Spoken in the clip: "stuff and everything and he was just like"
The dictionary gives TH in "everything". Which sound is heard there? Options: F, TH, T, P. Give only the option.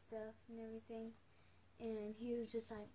TH